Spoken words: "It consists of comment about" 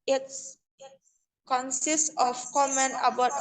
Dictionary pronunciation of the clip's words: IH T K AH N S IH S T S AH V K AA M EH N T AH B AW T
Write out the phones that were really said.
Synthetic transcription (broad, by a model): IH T K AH N S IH S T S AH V K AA M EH N AH B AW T